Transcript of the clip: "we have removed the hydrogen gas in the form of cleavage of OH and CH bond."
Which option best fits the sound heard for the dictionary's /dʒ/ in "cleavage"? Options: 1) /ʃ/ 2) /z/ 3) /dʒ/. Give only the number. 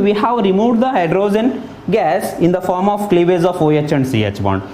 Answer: 2